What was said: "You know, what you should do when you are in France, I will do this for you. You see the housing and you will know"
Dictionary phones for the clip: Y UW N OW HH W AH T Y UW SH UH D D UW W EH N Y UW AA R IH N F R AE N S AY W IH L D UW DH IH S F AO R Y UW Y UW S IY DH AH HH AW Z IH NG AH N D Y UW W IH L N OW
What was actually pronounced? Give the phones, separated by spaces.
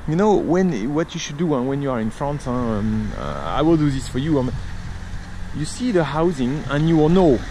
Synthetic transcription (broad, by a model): Y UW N OW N W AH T Y UW SH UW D D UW W EH N Y UW AA R IH N F R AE N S AY W IH L D UW DH IH S F AO R Y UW Y UW S IY DH AH HH AW Z IH NG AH N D Y UW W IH L N OW